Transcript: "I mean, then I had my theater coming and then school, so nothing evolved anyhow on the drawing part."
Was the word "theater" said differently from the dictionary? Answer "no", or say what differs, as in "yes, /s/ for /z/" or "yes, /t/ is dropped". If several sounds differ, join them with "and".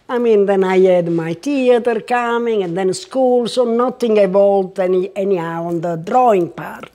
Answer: yes, /t/ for /θ/